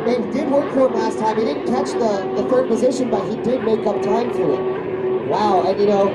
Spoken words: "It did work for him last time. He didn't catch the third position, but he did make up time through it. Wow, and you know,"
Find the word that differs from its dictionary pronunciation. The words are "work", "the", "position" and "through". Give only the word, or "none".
through